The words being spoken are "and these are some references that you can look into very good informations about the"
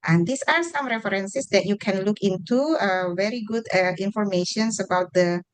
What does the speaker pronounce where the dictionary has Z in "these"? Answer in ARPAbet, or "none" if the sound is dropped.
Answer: S